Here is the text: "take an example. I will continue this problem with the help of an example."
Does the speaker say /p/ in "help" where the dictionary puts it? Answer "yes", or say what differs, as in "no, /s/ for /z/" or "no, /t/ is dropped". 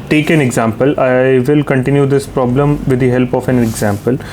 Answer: yes